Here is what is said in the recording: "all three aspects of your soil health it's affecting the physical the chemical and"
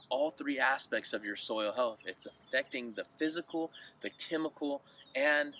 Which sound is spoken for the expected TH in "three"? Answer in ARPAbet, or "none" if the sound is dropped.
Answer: TH